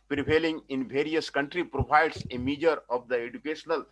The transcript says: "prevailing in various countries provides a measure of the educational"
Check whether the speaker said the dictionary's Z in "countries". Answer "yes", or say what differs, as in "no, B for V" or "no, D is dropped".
no, Z is dropped